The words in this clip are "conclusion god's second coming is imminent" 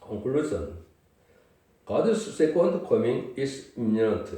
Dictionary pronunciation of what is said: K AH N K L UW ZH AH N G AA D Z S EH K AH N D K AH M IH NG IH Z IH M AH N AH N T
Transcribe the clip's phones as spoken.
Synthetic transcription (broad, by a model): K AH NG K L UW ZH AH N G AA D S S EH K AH N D K AH M IH NG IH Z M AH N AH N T